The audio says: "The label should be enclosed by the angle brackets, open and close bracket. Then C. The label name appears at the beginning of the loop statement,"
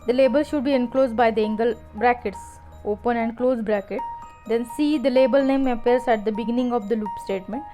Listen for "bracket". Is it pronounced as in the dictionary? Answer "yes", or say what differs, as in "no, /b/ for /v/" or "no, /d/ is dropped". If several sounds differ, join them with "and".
yes